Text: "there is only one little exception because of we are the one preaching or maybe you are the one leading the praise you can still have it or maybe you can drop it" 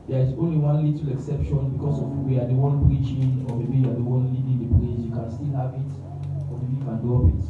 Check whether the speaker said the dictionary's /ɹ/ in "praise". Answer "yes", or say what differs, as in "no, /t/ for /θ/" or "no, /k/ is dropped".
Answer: no, /l/ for /ɹ/